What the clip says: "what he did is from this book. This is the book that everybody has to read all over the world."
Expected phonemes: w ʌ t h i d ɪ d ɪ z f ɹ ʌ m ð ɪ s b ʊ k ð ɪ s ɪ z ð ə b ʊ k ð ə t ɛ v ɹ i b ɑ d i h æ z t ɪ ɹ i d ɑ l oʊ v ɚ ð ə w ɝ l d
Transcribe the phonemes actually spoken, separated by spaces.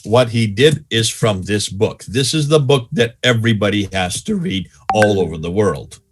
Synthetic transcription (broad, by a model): w ʌ t h i d ɪ d ɪ z f ɹ ʌ m ð ɪ s b ʊ k ð ɪ s ɪ z ð ə b ʊ k ð ə t ɛ v ɹ i b ɑ d i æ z t ɪ ɹ i d ɑ l oʊ v ɚ ð ə w ɝ l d